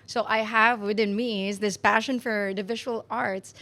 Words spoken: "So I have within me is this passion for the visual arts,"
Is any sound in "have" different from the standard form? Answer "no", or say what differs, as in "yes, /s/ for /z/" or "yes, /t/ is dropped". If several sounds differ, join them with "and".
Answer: no